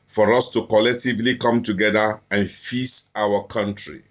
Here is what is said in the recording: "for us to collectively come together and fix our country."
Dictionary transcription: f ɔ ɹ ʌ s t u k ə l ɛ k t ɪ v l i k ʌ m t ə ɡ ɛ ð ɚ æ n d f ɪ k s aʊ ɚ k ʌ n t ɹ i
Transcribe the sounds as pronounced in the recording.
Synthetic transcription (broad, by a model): f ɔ ɹ ʌ s t u k ə l ɛ k t ɪ v l i k ʌ m t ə ɡ ɛ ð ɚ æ n f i s aʊ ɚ k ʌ n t ɹ i